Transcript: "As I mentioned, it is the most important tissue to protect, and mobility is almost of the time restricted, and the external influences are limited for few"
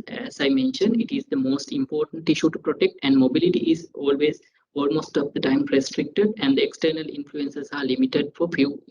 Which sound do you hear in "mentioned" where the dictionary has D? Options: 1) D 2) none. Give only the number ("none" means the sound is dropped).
1